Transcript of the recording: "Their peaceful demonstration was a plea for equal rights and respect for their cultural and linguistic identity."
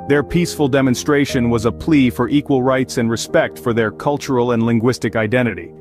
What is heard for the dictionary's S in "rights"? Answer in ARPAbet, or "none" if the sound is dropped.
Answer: S